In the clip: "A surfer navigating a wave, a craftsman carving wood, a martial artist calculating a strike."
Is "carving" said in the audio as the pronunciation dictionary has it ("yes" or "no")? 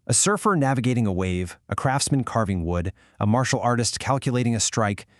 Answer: yes